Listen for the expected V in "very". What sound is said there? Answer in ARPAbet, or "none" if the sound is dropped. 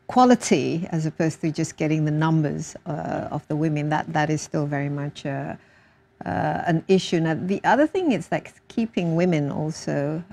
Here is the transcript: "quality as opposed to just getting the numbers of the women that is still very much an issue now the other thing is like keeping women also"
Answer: V